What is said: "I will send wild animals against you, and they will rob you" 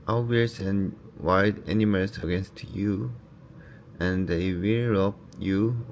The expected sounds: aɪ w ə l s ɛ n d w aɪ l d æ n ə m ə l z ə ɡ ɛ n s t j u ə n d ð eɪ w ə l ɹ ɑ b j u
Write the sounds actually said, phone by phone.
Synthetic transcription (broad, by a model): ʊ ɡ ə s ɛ n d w aɪ d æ n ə m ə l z ə ɡ ɛ n s t j u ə n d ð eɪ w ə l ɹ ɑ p j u